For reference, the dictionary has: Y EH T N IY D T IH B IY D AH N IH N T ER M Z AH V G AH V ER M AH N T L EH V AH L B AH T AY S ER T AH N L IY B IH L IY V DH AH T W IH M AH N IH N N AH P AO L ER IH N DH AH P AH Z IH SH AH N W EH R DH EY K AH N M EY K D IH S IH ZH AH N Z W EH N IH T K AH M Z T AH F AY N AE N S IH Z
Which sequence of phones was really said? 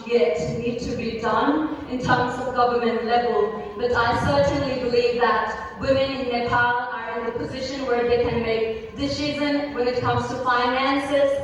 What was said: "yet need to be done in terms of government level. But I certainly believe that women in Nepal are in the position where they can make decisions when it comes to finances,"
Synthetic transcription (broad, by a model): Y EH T N IY D T IH B IY D AH N IH N T ER M Z AH V G AH V ER M AH N T L EH V AH L B AH T AY S ER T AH N L IY B IH L IY V DH AH T W IH M AH N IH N N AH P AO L ER IH N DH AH P AH Z IH SH AH N W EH R DH EY K AH N M EY K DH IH S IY Z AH N W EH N IH T K AH M Z T AH F AY N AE N S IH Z